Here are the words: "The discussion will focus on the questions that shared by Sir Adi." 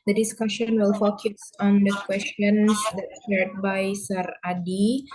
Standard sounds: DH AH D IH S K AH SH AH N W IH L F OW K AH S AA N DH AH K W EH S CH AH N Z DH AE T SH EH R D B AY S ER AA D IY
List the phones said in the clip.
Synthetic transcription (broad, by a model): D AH D IH S K AH SH AH N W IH L F OW K AH S AA N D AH K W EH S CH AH N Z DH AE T S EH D B AY S ER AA D IY